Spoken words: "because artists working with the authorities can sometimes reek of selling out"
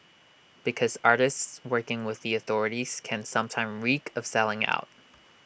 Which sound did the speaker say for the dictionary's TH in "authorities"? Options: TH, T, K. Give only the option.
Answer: TH